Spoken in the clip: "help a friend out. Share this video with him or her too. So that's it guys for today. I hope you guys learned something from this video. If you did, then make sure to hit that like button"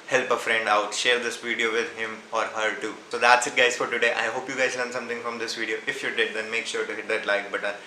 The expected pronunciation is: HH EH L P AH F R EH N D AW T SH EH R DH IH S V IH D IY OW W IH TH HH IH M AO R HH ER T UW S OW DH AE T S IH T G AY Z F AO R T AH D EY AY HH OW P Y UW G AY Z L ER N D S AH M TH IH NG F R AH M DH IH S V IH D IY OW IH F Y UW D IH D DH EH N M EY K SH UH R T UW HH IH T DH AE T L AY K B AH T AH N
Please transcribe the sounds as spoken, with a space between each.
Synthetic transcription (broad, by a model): HH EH L P AH F R EH N D AW T SH EH R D IH S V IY D IY OW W IH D HH IH M AO R HH ER T UW S OW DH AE T S IH T G AY Z F AO R T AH D EY AY HH OW P Y UW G AY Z L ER N S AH M T IH NG F R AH M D IH S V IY D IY OW IH F Y UW D IH D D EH N M EY K SH UH R T UW HH IH T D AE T L AY K B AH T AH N